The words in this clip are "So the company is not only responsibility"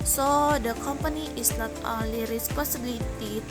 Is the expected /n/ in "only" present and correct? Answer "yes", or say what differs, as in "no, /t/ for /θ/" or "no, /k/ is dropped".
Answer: no, /n/ is dropped